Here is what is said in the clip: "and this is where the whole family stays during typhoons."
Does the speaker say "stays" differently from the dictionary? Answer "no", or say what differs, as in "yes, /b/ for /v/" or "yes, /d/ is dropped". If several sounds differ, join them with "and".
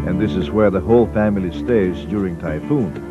no